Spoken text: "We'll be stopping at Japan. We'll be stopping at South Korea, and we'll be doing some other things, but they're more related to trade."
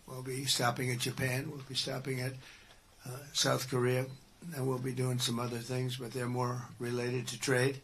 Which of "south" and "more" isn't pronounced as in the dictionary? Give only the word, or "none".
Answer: none